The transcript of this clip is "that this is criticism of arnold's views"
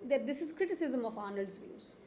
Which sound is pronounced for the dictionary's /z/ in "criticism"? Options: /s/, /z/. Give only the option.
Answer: /z/